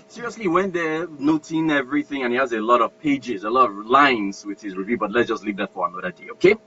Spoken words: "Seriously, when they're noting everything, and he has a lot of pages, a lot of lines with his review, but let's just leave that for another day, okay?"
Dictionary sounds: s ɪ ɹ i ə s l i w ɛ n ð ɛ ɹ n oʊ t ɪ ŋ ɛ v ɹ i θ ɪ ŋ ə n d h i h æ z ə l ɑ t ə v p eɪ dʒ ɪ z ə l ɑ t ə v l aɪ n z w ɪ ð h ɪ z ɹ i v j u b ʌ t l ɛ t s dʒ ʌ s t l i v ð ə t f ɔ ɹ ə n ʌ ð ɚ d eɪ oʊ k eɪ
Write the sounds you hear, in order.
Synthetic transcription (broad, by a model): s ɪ ɹ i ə s l i w ɛ n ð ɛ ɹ n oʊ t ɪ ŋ ɛ v ɹ i θ ɪ ŋ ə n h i h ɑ z ə l ɑ t ə v p eɪ dʒ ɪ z ə l ɑ t ə v l aɪ n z w ɪ ð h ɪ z ɹ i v j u b ʌ t l ɛ t s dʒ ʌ s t l i v ð ə t f ɔ ɹ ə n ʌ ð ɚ d eɪ oʊ k eɪ